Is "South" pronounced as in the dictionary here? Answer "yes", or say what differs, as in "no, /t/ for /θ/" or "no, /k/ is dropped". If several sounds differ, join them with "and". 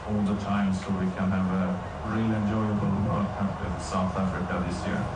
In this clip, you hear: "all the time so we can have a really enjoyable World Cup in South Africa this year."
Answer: yes